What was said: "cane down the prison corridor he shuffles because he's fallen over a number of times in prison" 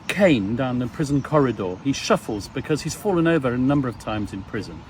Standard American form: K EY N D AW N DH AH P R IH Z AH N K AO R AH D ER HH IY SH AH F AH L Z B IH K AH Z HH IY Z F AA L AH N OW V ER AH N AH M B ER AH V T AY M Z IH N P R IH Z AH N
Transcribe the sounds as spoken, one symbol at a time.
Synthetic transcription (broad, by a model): K EY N D AW N DH AH P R IH Z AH N K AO R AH D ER IY SH AH F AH L Z B IH K AH Z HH IY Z F AA L AH N OW V ER AH N AH M B ER AH V T AY M Z IH N P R IH Z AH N